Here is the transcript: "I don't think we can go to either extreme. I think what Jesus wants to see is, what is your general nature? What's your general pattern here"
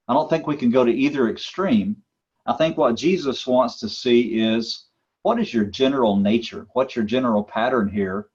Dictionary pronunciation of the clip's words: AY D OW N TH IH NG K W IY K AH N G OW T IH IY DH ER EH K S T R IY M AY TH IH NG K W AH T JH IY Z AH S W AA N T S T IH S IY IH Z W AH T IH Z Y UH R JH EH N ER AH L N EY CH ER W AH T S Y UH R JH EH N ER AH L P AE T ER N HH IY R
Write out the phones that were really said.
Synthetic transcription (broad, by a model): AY D OW N TH IH NG K W IY K AH N G OW T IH IY DH ER EH K S T R IY M AY TH IH NG K W AH T JH IY Z AH S W AA N T S T IH S IY IH Z W AH T IH Z Y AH R JH EH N ER L N EY CH ER W AH T S Y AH R JH EH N ER L P AE T ER N HH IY R